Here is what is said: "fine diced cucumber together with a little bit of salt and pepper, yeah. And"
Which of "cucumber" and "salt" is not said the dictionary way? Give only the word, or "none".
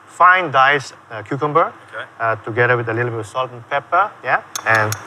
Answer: none